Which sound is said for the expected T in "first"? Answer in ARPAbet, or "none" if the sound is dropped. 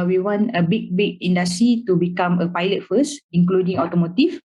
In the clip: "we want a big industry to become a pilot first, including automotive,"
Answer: none